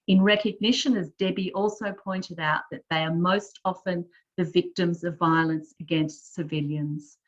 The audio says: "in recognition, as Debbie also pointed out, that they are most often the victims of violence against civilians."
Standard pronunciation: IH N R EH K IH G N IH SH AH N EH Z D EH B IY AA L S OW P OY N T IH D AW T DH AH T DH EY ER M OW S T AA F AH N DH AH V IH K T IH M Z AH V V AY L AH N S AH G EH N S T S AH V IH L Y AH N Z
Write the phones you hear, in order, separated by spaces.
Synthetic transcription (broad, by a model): IH N R EH K IH G N IH SH AH N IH Z D EH B IY AA L S OW P OY N T IH D AW T DH AH T DH EY ER M OW S T AA F AH N DH AH V IH K T IH M Z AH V V AY L AH N S AH G EH N S T S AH V IH L Y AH N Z